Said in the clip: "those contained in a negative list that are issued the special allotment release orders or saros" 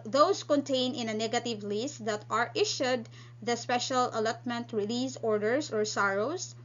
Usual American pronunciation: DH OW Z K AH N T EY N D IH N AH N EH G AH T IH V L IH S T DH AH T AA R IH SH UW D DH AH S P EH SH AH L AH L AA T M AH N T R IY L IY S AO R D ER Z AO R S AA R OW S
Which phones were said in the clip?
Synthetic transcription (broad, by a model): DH OW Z K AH N T EY N IH N AH N EH G AH T IH V L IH S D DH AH T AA R IH SH UW D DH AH S P EH SH AH L AH L AA T M AH N T R IY L IY S AO R D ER S AO R S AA R OW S